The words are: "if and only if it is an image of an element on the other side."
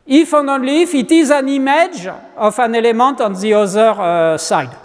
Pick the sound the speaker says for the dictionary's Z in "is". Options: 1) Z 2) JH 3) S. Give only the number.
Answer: 1